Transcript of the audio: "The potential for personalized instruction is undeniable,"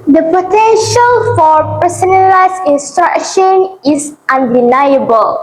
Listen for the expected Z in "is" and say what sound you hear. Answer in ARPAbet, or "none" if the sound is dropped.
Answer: S